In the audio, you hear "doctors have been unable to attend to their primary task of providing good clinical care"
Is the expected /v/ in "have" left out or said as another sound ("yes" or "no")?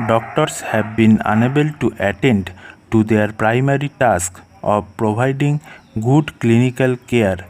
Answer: yes